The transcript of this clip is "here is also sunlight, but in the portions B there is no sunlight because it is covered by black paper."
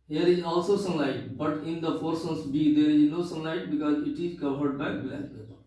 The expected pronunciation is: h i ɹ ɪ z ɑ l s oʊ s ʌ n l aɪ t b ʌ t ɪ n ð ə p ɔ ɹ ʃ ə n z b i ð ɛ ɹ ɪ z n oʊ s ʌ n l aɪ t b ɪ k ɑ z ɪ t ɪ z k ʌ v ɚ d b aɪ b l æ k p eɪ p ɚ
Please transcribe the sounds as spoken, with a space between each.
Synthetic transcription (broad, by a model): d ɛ ɹ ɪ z ɑ l s oʊ s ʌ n l aɪ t b ʌ t ɪ n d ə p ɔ ɹ s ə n s b i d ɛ ɹ ɪ z n oʊ s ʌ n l aɪ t b ɪ k ɑ z ɪ t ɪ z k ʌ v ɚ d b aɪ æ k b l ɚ